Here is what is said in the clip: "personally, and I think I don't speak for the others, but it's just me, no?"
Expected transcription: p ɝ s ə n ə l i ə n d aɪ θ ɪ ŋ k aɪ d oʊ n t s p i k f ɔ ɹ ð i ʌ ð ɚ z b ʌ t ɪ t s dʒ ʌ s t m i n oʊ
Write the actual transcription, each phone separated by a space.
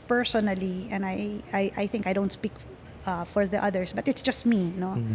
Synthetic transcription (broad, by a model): p ɝ s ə n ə l i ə n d aɪ θ ɪ ŋ k aɪ d oʊ n t s p i k f ɔ ɹ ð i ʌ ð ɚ s b ʌ t ɪ t s dʒ ʌ s t m i n oʊ